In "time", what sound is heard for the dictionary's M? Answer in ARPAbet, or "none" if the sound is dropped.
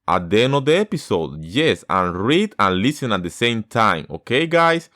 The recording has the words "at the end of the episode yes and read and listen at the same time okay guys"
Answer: M